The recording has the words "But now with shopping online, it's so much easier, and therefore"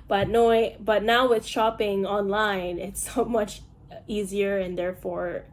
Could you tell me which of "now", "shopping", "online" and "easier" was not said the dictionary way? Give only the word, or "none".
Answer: none